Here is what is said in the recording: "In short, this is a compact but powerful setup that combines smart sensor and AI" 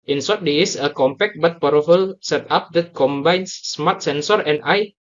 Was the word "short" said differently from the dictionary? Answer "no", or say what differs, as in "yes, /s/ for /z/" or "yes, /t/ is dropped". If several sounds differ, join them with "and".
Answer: yes, /s/ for /ʃ/